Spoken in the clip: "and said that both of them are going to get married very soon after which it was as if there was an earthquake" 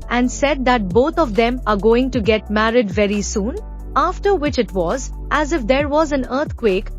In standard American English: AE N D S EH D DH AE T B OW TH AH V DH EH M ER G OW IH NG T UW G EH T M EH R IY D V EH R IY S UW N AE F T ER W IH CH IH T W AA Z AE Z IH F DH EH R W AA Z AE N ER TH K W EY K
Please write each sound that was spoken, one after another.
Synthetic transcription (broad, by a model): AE N D S EH D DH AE T B OW T AH V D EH M ER G OW IH NG T UW G EH T M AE R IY D V EH R IY S UW N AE F T ER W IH CH IH T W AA Z AE Z IH F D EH R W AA Z AE N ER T K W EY K